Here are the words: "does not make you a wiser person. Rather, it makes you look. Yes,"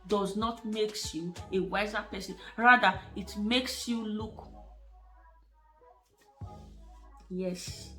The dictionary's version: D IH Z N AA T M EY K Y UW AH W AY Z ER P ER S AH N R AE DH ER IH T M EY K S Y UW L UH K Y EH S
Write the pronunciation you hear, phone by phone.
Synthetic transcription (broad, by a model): D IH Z N AA T M EY K Y UW AH W AY Z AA P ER S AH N R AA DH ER IH T M EY K S Y UW L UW K Y EH S